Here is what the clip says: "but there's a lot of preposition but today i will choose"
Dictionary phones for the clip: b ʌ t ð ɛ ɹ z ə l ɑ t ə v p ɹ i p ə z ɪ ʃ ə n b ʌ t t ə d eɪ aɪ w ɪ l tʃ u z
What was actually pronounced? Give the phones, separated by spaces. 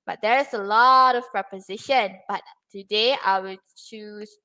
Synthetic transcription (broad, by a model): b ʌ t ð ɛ ɹ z ə l ɑ t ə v p ɹ i p ə z ɪ ʃ ə n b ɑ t t ə d eɪ aɪ w ɪ l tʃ u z